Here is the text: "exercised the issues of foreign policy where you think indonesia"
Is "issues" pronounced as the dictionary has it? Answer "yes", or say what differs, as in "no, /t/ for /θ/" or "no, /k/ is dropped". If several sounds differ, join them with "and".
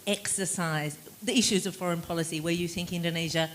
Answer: yes